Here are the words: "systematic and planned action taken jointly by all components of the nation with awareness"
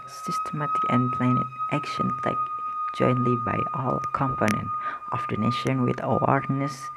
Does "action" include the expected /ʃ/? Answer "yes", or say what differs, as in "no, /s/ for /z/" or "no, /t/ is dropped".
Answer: yes